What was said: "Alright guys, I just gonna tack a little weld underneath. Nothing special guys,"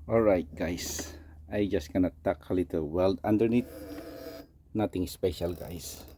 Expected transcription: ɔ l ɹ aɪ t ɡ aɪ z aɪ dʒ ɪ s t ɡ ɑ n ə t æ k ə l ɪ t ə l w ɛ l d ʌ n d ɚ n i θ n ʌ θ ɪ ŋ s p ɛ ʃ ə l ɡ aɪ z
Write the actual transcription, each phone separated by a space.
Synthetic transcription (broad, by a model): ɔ l ɹ aɪ t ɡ aɪ s aɪ dʒ ɪ s t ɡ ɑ n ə t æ k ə l ɪ t ə l w ɛ l d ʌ n d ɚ n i t n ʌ t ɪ ŋ s p ɛ ʃ ə l ɡ aɪ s